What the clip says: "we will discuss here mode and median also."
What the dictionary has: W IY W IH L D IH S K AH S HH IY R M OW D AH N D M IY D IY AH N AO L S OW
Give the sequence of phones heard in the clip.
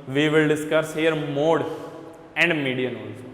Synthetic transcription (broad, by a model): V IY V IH L D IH S K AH S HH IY R M OW D AH N D M IY D IY AH N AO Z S